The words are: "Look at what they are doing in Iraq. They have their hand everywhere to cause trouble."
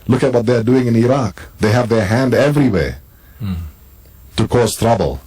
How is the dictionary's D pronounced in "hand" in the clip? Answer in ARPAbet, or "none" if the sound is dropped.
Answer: D